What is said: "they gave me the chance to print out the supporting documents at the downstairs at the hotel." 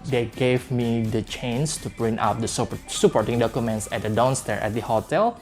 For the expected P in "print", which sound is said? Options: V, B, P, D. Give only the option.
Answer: B